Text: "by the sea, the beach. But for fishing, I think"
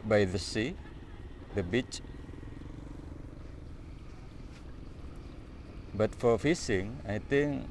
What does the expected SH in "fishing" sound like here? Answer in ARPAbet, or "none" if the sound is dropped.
S